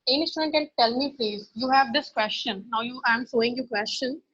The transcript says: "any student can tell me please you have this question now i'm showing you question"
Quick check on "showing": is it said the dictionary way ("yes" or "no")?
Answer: no